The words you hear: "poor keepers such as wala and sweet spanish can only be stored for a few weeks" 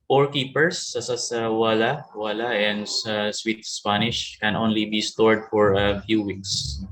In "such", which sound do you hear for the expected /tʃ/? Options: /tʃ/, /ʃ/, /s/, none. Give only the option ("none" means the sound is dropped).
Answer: /s/